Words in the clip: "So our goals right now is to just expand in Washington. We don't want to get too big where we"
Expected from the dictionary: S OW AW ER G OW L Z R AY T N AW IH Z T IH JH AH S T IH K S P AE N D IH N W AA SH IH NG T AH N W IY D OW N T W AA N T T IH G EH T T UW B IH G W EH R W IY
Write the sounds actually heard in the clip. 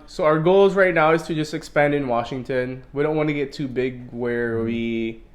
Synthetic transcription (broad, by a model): S OW AW ER G OW L Z R AY T N AW IH Z T IH JH AH S T IH K S P AE N D IH N W AA SH IH NG T AH N W IY D OW N T W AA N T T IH G EH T T UW B IH G W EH R W IY